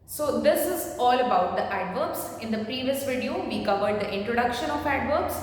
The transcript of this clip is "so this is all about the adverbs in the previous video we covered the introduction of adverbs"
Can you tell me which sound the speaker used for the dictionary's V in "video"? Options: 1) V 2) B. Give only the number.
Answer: 1